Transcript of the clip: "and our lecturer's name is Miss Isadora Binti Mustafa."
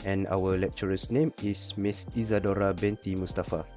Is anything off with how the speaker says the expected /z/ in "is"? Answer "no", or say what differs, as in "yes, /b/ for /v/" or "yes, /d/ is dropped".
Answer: yes, /s/ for /z/